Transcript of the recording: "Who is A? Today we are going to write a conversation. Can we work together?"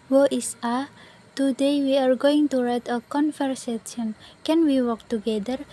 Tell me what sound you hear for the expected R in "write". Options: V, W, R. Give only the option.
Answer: R